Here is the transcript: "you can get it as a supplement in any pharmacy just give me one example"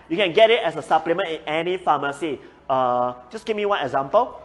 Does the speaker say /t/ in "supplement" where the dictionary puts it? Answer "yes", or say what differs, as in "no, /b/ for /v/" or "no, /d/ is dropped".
no, /t/ is dropped